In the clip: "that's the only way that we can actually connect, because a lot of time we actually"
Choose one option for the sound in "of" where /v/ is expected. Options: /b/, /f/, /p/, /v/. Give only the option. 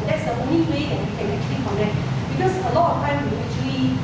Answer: /f/